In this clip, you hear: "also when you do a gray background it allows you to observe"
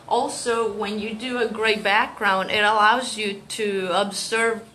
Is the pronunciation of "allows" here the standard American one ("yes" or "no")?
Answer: yes